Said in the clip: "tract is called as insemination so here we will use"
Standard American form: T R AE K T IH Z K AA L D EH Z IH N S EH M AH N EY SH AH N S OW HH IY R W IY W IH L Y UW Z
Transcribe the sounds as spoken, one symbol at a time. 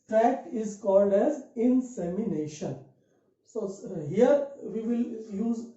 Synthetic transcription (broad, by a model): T R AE K T IH Z K AA L D EH Z IH N S EH M AH N EY SH AH N S OW HH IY R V IY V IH L Y UW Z